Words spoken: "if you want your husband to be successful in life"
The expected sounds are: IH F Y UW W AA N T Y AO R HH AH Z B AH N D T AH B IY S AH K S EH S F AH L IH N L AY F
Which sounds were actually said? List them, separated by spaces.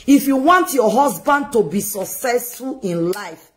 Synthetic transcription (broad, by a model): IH F Y UW W AA N T Y AO HH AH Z B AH N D T AH B IY S AH K S EH S F AH L IH N L AY F